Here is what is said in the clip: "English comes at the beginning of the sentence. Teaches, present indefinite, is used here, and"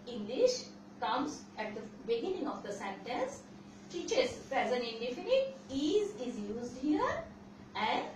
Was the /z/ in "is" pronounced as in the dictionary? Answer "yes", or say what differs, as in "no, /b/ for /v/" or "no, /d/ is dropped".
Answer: yes